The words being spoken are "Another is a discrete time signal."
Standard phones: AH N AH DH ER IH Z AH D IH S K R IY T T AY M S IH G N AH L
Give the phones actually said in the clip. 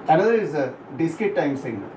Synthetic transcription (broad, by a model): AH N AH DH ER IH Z AH D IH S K IY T T AY M S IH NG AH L